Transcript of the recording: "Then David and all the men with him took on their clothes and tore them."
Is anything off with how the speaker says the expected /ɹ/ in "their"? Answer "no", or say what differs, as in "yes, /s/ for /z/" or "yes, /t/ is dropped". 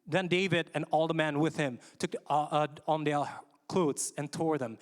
yes, /l/ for /ɹ/